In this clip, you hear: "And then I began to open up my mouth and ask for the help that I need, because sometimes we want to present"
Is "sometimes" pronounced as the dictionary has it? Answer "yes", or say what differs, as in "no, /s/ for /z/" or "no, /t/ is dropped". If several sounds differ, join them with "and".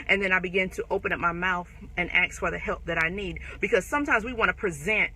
yes